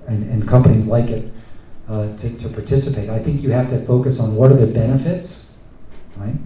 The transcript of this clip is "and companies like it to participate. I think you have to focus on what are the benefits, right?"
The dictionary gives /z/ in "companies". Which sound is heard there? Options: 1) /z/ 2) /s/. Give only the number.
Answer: 1